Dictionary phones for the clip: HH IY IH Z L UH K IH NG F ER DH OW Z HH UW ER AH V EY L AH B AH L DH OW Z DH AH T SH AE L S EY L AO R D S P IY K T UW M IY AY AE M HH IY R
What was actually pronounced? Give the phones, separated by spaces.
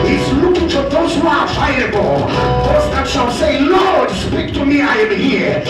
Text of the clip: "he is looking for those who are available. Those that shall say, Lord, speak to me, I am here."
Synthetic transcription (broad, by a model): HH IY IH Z L UH K IH NG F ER DH OW Z HH UW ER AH IH AH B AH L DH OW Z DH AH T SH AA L S EY L AO R D S P IY K T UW M IY AY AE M HH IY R